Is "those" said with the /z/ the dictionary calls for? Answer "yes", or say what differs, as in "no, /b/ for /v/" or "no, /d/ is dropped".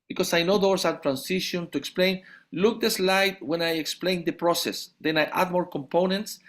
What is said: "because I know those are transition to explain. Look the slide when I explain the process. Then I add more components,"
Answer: no, /s/ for /z/